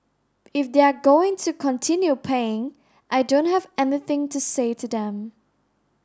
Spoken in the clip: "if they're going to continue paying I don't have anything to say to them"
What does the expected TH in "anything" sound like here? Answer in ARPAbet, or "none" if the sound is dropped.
TH